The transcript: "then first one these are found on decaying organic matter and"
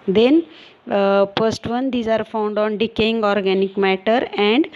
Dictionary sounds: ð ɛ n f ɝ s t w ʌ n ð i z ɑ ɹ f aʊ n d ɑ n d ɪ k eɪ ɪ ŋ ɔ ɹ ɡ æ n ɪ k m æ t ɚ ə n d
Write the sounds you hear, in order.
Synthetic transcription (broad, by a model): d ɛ n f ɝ s t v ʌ n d i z ɑ ɹ f aʊ n d ɑ n d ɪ k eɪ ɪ ŋ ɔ ɹ ɡ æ n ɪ k m æ t ɚ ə n d